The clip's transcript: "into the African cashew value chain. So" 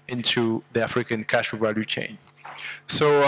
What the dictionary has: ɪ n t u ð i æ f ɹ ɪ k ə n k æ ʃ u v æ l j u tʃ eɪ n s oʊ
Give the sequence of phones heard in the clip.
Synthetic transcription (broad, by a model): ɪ n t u ð i æ f ɹ ɪ k ə n k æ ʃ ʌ v æ l j u tʃ eɪ n s oʊ